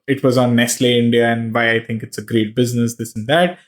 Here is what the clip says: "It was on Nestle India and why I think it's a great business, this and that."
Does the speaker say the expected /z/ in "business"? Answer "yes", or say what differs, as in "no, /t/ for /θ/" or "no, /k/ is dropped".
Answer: yes